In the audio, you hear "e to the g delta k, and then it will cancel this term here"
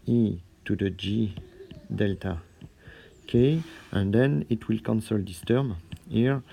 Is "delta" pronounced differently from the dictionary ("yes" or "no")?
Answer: no